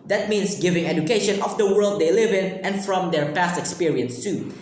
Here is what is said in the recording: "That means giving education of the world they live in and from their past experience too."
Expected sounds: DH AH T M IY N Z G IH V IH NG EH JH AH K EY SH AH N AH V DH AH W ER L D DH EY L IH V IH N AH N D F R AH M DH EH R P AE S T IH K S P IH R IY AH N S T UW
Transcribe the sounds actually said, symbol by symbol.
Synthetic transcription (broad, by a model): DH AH T M IY N S G IH V IH NG EH JH AH K EY SH AH N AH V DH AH W ER L D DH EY L IH V IH N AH N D F R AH M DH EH R P AE S T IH K S P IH R IY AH N S T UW